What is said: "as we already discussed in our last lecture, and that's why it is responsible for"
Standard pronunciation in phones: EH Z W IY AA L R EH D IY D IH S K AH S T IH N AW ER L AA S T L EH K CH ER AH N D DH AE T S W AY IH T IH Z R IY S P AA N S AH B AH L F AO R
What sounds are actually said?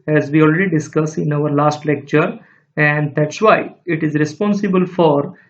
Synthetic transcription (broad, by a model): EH Z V IY AA L R EH D IY D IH S K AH S IH N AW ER L AA S T L EH K CH ER AH N D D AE T S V AY IH T IH Z R IY S P AA N S AH B AH L F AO R